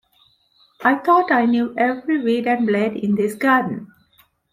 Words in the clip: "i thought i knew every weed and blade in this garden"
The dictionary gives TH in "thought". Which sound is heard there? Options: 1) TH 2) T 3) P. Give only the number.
2